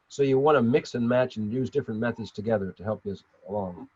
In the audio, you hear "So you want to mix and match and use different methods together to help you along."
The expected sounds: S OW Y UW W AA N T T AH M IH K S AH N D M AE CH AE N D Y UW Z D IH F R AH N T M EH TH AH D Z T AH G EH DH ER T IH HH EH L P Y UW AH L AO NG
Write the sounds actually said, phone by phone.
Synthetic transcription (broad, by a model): S OW Y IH W AA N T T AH M IH K S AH N M AE CH N Y UW Z D IH F R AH N M EH TH AH D Z T AH G EH DH ER T IH HH EH L P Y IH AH L AO NG